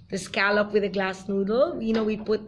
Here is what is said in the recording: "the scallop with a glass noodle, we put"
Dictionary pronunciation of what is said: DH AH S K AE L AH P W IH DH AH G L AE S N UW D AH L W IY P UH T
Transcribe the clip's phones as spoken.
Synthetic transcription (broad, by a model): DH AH S K AE L AH P W IH DH AH G L AE S N UW D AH N W IY P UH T